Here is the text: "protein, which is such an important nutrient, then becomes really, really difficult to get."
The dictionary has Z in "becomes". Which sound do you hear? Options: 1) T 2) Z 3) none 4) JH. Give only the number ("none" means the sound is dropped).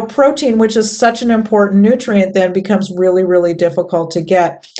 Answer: 2